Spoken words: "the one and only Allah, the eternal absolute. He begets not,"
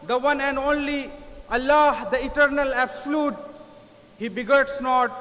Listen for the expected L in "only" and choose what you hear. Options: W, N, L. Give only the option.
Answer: L